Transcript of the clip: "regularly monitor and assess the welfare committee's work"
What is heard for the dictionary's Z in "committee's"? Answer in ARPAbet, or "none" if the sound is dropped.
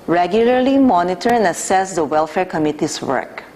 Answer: S